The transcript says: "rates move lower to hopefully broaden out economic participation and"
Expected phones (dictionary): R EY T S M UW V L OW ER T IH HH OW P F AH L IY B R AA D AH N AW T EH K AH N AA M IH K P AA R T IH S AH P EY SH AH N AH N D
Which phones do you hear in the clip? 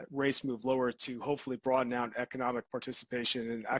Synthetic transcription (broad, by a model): R EY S M UW V L OW ER T IH HH OW P F L IY B R AA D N AW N EH K AH N AA M IH K P AA R T IH S AH P EY SH AH N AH N